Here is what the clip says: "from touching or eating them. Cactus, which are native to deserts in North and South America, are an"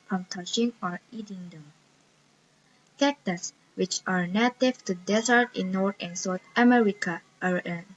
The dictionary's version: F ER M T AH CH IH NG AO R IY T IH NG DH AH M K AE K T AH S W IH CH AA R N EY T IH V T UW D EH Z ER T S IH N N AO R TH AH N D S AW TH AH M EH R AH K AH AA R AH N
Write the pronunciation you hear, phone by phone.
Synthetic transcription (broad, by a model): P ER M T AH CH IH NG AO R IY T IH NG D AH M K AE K T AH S W IH CH AA R N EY T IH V T UW D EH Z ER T IH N N AO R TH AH N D S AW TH AH M EH R AH K AH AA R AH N